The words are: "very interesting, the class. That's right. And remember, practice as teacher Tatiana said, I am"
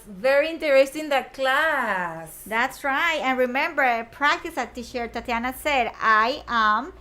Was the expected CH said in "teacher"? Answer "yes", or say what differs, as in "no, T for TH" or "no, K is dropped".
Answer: no, SH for CH